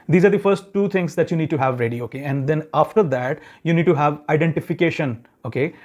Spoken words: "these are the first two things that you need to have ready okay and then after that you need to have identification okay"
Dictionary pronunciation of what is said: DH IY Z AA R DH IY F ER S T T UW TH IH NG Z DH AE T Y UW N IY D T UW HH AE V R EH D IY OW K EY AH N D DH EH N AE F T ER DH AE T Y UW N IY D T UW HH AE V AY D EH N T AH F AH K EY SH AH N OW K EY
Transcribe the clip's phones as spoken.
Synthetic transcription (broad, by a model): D IY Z AA R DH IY F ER S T T UW T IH NG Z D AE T Y UW N IY D T UW HH AE V R EH D IY OW K EY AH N D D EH N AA F T ER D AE T Y UW N IY D T UW HH AE V AY D EH N T AH F AH K EY SH AH N OW K EY